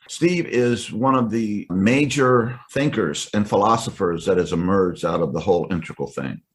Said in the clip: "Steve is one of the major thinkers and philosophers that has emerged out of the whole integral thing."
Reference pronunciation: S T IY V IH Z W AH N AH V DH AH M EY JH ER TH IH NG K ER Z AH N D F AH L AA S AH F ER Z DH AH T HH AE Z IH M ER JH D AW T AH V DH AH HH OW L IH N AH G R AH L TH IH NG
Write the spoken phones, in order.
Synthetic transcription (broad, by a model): S T IY V IH Z W AH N AH V DH AH M EY JH ER TH IH NG K ER Z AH N F AH L AA S AH F ER Z DH AH T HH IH Z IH M ER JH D AW T AH V DH AH HH OW L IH N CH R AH L TH IH NG